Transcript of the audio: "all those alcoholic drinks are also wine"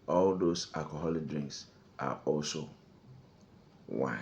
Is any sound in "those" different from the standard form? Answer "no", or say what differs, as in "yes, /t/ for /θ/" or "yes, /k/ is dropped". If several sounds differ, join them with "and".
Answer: yes, /s/ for /z/